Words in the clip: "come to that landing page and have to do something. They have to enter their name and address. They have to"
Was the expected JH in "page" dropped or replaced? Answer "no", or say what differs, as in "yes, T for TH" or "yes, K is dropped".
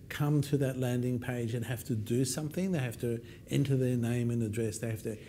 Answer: no